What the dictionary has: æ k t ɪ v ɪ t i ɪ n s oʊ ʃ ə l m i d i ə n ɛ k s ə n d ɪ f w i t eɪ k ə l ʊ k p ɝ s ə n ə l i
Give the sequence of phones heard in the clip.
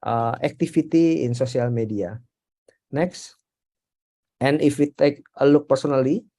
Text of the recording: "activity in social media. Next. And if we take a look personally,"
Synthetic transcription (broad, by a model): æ k t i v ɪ t i ɪ n s oʊ s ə l m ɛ d i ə n ɛ k s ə n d ɪ f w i t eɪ k ə l ʊ k p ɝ s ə n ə l i